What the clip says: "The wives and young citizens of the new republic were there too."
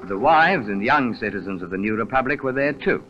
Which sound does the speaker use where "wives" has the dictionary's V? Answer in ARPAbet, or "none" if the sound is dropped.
V